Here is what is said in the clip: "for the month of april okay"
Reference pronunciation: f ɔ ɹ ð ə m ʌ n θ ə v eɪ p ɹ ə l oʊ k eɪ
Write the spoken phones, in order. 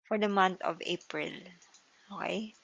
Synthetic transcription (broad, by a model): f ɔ ɹ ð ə m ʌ n t ə v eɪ p ɹ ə l oʊ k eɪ